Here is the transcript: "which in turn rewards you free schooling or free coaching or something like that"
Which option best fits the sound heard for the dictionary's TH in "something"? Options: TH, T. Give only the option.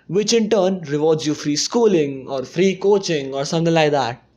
T